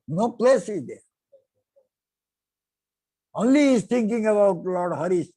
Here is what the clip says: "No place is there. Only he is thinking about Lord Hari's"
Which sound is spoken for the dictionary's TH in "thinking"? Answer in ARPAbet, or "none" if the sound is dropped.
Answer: T